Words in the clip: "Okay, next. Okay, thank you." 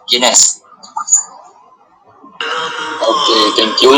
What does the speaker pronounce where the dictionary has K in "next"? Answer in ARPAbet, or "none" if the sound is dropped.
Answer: none